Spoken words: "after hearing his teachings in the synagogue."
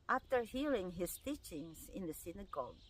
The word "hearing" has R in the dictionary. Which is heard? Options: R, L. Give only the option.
L